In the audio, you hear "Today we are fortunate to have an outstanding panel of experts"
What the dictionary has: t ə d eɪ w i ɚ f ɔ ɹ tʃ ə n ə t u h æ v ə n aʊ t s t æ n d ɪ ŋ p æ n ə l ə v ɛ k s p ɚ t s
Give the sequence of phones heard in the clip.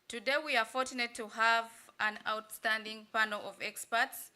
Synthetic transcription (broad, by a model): t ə d eɪ w i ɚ f ɔ ɹ tʃ ə n ə t u h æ v ə n aʊ t s t æ n d ɪ ŋ p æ n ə l ə v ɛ k s p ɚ t s